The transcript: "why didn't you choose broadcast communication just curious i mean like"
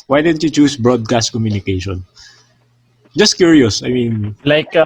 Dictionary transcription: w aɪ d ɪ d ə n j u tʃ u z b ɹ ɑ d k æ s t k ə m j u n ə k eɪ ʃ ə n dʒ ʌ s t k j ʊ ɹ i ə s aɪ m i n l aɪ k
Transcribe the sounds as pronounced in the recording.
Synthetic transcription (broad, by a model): w aɪ d ɪ d ə n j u tʃ u s b ɹ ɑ d k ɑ s t k ə m j u n ə k eɪ ʃ ə n dʒ ʌ s t k j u ɹ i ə s aɪ m i n l aɪ k